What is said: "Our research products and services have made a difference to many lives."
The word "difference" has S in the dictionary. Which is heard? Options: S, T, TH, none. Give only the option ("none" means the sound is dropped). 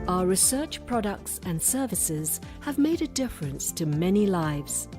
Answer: S